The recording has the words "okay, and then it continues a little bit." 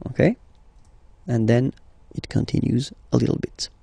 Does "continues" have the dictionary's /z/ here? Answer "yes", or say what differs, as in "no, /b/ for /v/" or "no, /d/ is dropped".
yes